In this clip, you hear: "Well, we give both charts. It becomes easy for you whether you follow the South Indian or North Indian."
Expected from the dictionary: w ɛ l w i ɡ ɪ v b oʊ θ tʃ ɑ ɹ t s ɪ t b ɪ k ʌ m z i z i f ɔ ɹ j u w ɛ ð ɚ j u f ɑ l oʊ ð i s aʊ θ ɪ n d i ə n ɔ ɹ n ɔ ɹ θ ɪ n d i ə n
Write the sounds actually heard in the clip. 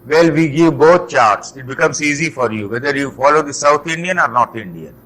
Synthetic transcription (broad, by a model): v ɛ l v i ɡ ɪ v b oʊ t tʃ ɑ ɹ t s ɪ t b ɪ k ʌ m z i z i f ɔ ɹ j u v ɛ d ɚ j u f ɑ l oʊ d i s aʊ t ɪ n d i ə n ɔ ɹ n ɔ ɹ t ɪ n d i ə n